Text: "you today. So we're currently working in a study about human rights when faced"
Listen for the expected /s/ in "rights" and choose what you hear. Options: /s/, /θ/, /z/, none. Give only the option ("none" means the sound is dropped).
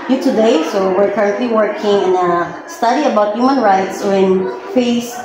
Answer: /s/